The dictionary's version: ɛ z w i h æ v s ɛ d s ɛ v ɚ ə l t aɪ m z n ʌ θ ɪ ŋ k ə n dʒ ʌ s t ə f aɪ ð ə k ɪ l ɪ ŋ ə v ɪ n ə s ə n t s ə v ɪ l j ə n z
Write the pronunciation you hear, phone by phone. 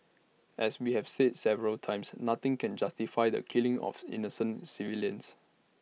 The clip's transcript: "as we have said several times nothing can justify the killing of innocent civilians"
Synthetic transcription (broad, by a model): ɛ s w i h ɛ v s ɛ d s ɛ v ɚ ə l t aɪ m s n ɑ t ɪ ŋ k ə n dʒ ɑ s t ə f aɪ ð ə k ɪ l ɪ ŋ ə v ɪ n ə s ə n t s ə v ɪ l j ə n s